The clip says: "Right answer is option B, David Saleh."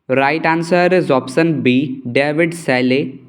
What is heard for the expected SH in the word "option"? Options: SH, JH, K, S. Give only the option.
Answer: S